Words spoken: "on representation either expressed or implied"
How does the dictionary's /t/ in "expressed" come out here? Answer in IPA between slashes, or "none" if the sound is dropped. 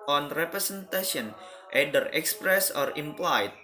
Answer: none